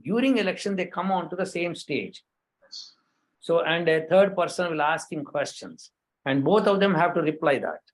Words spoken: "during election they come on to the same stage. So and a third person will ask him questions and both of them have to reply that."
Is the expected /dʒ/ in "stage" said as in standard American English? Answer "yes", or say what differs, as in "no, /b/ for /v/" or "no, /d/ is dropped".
yes